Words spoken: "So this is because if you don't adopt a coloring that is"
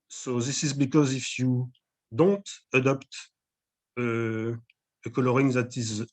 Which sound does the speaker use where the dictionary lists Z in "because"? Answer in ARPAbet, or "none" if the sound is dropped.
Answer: Z